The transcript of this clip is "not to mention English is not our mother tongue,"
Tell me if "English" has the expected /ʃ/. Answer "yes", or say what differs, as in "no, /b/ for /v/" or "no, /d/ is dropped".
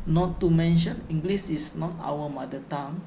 no, /s/ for /ʃ/